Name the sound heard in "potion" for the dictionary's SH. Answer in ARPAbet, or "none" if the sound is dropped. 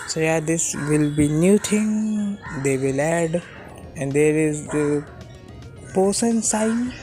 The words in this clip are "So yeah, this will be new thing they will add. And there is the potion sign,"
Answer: S